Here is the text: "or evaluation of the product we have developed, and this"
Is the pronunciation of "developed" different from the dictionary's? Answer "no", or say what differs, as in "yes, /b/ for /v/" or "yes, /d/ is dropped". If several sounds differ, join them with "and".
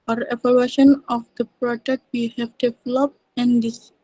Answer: yes, /t/ is dropped